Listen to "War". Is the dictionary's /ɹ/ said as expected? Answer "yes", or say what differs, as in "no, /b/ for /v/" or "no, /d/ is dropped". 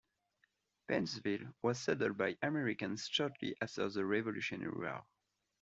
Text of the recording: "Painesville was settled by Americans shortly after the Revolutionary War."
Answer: no, /l/ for /ɹ/